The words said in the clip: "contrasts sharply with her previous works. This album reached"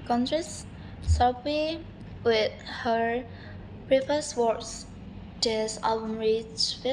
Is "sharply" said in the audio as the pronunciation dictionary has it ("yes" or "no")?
no